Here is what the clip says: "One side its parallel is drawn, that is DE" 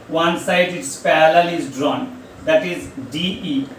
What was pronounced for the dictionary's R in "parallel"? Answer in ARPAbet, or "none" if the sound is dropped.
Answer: L